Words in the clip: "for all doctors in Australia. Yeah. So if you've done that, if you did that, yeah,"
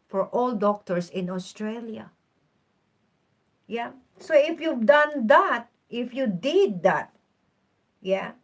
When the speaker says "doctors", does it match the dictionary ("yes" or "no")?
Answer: no